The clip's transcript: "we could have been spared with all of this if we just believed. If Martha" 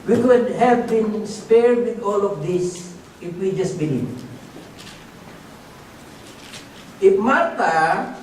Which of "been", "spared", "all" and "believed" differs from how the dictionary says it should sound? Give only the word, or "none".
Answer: believed